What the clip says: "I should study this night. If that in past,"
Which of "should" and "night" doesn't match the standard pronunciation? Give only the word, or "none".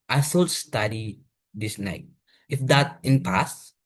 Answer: should